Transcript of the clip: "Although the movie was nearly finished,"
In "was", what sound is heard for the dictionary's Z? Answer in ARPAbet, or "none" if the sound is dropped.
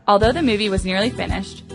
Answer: Z